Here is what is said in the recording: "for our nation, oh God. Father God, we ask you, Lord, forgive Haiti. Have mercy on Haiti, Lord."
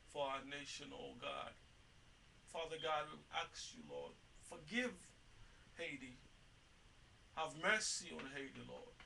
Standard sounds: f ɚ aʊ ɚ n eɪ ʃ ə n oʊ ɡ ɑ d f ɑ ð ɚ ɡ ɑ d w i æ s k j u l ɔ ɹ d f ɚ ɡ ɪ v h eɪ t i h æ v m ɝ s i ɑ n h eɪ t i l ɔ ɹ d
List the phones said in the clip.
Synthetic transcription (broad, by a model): f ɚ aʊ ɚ n eɪ ʃ ə n oʊ ɡ ɑ d f ɑ ð ɚ ɡ ɑ d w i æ k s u l ɔ ɹ d f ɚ ɡ ɪ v h eɪ t i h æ v m ɝ s i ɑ n h eɪ t i l ɔ ɹ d